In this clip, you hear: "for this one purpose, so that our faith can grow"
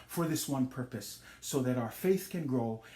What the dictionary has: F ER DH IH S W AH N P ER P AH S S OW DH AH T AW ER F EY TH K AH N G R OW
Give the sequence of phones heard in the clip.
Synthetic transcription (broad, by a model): F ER DH IH S W AH N P ER P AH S S OW DH AH T AW ER F EY TH K AH N G R OW